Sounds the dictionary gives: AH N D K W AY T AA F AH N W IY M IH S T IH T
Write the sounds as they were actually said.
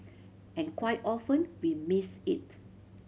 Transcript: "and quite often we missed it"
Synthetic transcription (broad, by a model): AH N K W AY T AA F AH N W IY M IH S IH T